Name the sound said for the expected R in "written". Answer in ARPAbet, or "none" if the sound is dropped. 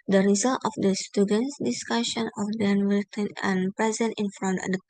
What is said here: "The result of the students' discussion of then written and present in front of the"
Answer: W